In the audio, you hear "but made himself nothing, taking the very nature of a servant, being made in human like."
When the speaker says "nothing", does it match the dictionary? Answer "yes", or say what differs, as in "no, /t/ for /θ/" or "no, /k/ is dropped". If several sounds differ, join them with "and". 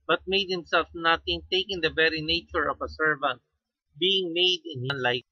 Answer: no, /t/ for /θ/